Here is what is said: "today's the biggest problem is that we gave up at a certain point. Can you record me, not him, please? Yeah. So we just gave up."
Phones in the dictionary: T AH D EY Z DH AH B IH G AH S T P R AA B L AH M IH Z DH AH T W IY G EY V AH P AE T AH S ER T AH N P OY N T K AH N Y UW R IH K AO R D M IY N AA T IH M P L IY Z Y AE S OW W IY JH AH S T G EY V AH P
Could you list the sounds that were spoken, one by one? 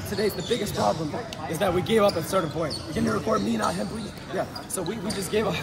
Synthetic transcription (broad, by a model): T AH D EY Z DH AH B IH G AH S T P R AA B L AH M IH Z DH AH T W IY G EY V AH P AH S ER T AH N P OY N T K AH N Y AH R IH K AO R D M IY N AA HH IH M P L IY Y AE S OW W IY JH AH S G EY V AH